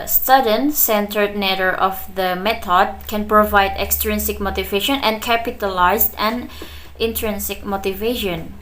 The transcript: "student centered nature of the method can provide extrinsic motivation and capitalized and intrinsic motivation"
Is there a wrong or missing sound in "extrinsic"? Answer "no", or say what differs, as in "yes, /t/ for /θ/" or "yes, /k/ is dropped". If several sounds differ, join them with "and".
no